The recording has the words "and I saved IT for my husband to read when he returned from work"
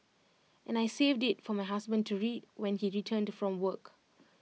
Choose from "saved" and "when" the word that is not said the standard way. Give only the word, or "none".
none